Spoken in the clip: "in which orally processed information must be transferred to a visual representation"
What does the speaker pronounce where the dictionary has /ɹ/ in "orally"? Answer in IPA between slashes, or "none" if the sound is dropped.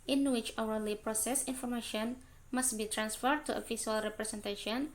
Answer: /w/